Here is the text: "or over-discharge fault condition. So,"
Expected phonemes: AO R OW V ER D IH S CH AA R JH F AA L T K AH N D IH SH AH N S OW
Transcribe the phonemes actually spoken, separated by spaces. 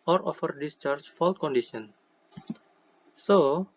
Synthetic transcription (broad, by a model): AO R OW F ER D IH S CH AA R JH F AA L T K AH N D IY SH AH N S OW